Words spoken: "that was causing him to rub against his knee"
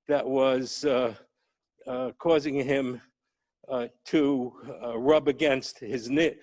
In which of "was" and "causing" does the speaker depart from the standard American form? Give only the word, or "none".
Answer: none